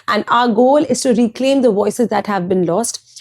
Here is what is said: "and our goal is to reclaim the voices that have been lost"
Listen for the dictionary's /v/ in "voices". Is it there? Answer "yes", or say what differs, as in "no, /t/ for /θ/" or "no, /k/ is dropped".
yes